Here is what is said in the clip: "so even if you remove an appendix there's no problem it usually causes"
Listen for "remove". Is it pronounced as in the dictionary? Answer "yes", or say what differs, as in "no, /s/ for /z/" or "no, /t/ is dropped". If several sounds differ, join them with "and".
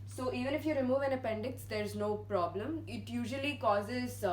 yes